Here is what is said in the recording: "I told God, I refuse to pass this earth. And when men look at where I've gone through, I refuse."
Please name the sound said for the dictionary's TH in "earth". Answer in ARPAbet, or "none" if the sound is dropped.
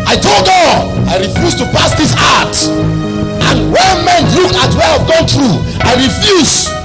T